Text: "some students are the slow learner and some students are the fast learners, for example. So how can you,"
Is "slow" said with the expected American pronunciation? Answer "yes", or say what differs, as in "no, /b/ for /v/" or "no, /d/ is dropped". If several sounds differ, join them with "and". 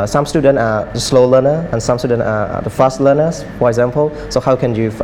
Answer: yes